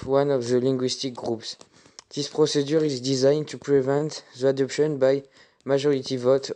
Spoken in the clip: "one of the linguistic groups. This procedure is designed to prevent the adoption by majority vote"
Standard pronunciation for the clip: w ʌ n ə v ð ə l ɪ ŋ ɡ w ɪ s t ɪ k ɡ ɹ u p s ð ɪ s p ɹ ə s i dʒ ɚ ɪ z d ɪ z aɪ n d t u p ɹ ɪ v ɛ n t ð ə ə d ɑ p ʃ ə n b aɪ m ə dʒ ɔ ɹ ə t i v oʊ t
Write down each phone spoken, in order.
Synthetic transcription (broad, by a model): w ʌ n ə v ð ə l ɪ ŋ ɡ w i s t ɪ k ɡ ɹ u p s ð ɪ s p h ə s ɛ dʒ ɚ ɪ z d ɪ z aɪ n t u p ɹ ɪ v ɛ n t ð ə ə d ɑ p ʃ ə n b aɪ m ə ʒ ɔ ɹ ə t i v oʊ t